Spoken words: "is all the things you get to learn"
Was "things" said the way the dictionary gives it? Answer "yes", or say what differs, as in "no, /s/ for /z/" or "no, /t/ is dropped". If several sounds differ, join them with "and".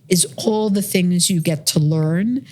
yes